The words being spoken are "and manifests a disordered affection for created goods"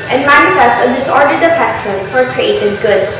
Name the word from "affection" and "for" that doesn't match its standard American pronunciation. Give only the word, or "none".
affection